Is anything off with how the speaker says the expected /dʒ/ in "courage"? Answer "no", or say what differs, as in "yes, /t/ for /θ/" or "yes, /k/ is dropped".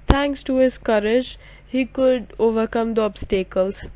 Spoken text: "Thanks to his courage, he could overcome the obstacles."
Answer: no